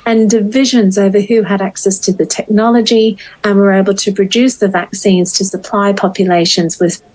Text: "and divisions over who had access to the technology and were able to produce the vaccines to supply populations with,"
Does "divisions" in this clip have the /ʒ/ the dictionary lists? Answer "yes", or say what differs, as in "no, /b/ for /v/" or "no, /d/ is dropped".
yes